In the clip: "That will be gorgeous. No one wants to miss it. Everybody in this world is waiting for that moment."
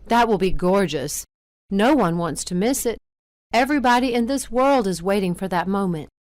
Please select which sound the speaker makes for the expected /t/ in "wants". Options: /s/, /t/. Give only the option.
/t/